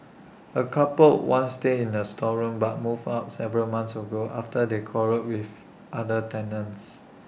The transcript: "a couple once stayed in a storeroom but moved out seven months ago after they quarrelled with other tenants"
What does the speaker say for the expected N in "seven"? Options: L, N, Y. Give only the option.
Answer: L